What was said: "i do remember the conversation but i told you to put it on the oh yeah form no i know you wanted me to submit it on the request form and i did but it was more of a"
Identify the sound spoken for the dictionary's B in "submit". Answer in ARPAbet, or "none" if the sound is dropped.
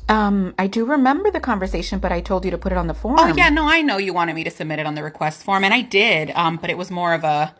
B